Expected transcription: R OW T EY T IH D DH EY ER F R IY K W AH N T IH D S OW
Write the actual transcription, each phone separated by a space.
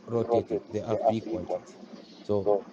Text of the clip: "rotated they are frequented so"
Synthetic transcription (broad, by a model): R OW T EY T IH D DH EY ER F IY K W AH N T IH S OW